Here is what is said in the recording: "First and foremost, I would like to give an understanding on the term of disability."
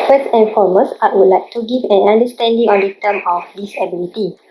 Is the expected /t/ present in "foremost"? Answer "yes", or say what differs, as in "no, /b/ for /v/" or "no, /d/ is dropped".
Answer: no, /t/ is dropped